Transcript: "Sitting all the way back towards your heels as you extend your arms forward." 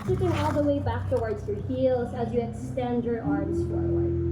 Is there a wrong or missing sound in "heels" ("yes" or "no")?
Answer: no